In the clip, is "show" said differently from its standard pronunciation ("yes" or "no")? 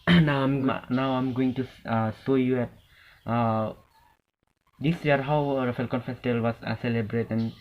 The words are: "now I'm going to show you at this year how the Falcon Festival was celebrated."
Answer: yes